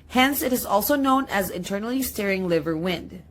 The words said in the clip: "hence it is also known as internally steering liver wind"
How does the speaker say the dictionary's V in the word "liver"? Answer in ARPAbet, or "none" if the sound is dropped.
V